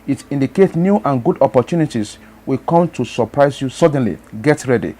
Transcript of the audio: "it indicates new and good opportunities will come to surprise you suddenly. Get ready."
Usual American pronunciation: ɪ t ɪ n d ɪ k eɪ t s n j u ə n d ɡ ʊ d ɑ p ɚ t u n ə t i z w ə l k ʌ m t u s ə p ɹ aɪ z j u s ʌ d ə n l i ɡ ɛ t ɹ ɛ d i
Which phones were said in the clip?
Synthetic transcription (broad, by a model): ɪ t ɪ n d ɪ k eɪ t n j u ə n ɡ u d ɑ p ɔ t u n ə t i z w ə k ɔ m t u s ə p ɹ aɪ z j u s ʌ d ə n l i ɡ ɛ t ɹ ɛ d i